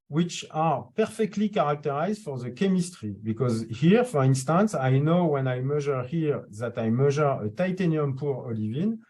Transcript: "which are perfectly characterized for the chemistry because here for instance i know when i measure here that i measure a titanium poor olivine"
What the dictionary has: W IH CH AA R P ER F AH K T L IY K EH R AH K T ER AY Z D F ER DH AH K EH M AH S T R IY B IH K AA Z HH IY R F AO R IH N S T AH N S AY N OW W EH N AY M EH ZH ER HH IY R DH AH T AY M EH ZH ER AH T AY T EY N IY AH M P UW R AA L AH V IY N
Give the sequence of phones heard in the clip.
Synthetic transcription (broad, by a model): W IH CH AA R P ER F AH K T L IY K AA R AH K T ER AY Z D F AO DH AH K EH M AH S T R IY B IH K AA Z HH IY R F AO R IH N S T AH N S AY N OW W EH N AY M EH ZH ER HH IY R DH AH T AY M EH ZH ER AH T AY T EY N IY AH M P UW R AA L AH V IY N